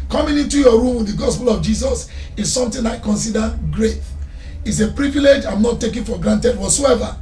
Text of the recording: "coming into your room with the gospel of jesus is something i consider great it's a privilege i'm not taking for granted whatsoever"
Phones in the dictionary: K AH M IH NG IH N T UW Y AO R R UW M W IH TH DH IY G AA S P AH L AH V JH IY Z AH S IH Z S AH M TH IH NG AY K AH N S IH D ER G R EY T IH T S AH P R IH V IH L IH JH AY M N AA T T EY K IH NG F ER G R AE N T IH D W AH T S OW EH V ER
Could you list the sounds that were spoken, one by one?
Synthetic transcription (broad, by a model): K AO M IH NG IH N T UW Y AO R R UW M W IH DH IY G AA S P AH L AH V JH IY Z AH S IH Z S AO M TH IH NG AY K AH N S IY D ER G R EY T IH T S AH P R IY V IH L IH JH AY M N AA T T EY K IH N F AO G R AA N T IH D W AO T S OW EH V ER